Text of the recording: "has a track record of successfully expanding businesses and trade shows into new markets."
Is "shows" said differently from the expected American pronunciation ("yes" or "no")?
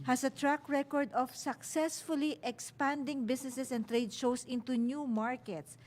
yes